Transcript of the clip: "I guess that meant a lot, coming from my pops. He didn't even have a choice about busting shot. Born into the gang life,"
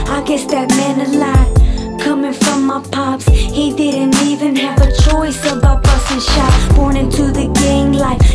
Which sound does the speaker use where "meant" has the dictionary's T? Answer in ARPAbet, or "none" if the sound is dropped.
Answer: none